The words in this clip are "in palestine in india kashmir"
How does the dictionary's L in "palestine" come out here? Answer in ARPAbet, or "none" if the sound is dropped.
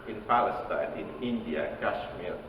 L